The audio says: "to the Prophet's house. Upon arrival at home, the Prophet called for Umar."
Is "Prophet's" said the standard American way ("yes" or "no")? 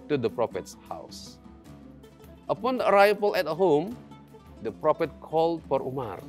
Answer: yes